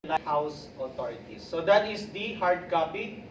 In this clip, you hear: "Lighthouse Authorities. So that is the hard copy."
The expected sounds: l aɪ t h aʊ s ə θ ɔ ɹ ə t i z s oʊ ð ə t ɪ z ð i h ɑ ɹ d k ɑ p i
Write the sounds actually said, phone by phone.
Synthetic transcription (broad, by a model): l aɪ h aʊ s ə t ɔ ɹ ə t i s oʊ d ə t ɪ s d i h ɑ ɹ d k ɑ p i